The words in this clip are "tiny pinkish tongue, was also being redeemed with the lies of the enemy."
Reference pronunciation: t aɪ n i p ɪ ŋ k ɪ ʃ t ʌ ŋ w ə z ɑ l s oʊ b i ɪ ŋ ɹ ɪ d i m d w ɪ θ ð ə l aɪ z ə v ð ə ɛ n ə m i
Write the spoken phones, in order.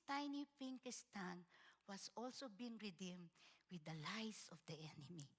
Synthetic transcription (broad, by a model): t aɪ n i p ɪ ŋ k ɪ s t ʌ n w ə s ɑ l s oʊ b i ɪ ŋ ɹ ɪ d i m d w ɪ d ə l aɪ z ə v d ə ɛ n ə m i